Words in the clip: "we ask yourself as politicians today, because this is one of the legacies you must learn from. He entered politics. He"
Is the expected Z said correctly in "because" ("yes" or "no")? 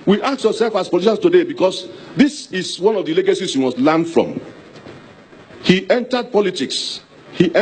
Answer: no